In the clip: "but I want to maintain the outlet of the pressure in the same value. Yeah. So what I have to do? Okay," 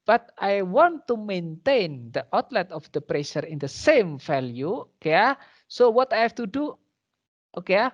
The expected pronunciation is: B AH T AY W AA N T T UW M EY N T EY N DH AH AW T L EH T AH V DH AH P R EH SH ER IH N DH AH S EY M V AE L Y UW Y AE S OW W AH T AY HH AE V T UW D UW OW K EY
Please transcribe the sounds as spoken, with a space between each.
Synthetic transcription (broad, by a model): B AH T AY W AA N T T UW M EY N T EY N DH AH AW T L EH T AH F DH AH P R EH SH ER IH N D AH S EY M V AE L Y UW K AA S OW W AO T AY HH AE F T UW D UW OW K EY